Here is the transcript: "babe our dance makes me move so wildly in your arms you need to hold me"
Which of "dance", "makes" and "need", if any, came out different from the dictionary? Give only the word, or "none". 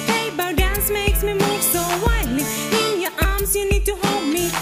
none